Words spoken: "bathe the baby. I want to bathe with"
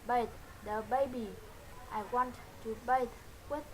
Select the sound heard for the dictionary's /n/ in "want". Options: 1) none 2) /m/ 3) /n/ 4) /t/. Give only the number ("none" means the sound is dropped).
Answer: 3